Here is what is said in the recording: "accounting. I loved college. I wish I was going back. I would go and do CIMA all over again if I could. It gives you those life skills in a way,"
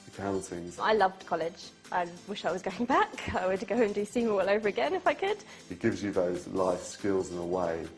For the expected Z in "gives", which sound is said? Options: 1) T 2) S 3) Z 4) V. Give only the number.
3